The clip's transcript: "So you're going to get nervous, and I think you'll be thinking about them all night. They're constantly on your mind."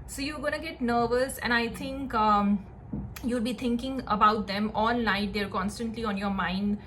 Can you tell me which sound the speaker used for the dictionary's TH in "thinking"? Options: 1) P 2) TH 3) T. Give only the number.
3